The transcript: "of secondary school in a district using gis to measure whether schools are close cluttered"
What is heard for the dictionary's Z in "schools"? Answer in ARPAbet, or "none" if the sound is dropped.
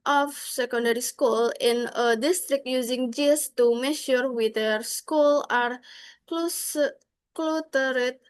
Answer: none